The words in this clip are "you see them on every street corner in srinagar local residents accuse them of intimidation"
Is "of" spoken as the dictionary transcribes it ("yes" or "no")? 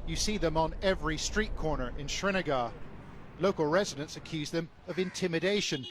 yes